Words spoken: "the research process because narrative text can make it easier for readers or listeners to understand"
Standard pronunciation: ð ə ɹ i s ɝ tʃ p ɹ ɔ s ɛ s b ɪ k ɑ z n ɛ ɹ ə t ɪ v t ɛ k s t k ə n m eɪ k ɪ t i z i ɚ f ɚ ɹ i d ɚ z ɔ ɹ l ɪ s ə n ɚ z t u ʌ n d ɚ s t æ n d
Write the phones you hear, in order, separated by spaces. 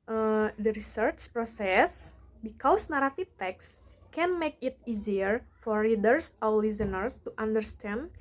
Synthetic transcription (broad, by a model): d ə ɹ i s ɝ tʃ p ɹ ɔ s ɛ s b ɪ k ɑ s n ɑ ɹ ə t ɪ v t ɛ k s k ə n m eɪ k ɪ t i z i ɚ f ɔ ɹ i d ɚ s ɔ w l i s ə n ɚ s t u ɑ n d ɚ s t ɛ n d